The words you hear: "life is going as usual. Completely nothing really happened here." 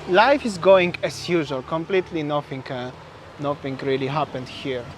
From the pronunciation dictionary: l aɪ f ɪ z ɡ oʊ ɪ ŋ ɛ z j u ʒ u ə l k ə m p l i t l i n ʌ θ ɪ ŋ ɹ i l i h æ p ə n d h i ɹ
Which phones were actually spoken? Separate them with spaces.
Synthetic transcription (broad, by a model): l aɪ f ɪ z ɡ oʊ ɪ ŋ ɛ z j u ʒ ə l k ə m p l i t l i n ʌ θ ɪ ŋ ɹ i l i h æ p ə n d h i ɹ